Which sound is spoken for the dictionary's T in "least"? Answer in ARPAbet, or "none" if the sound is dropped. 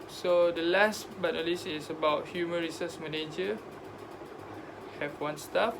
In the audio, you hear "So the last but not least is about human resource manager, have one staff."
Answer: none